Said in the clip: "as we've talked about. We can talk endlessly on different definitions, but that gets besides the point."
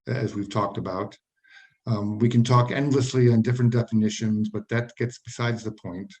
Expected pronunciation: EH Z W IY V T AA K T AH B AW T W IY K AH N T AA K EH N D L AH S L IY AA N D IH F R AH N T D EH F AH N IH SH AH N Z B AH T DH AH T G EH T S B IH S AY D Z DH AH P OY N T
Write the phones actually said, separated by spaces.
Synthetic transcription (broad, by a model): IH Z W IY V T AA K T AH B AW T W IY K AH N T AA K EH N D L AH S L IY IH N D IH F R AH N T D EH F AH N IH SH AH N Z B AH T DH AH T G EH T S B IH S AY D Z DH AH P OY N T